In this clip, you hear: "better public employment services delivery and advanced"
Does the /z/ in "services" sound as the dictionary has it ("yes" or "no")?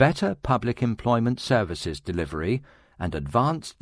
yes